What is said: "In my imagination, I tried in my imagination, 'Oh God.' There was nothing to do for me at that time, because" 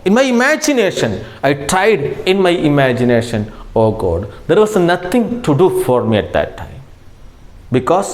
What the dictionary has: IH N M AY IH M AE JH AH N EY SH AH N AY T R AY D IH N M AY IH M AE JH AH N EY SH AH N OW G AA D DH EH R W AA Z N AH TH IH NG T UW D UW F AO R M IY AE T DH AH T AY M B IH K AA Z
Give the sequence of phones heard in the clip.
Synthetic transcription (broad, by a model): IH N M AY IH M AE JH AH N EY SH AH N AY T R AY D IH N M AY IH M AE JH AH N EY SH AH N OW G AA D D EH R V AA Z N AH T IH NG T UW D UW F AO R M IY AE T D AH T AY M B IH K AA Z